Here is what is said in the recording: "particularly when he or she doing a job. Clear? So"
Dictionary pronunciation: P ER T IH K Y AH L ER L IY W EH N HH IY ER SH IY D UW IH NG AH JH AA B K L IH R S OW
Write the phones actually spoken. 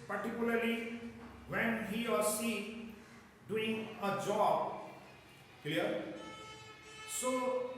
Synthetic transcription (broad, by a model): P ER T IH K Y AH L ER L IY W EH N HH IY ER S IY D UW IH NG AH JH AA B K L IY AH S OW